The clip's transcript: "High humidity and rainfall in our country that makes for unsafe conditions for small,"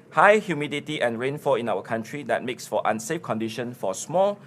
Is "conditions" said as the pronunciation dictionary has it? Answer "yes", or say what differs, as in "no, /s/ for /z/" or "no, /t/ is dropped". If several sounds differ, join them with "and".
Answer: no, /z/ is dropped